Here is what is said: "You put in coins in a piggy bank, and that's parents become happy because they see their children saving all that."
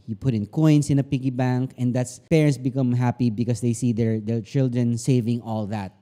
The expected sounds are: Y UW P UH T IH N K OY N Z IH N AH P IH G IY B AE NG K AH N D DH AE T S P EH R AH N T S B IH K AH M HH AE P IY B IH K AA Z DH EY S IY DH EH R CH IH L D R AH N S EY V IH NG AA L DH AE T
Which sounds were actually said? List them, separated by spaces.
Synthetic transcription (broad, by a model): Y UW P UH T IH N K OY N S IH N AH P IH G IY B AE NG K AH N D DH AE T S P EH R AH N T S B IH K AH M HH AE P IY B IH K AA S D EY S IY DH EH R CH IH L D R AH N S EY V IH NG AA L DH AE T